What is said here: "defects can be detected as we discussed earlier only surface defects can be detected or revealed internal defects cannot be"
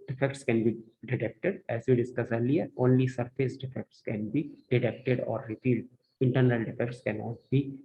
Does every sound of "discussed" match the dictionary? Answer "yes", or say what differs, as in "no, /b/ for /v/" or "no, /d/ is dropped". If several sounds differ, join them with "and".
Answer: no, /t/ is dropped